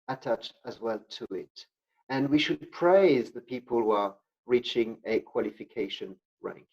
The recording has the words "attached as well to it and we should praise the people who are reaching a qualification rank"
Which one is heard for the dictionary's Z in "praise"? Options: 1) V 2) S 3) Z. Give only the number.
3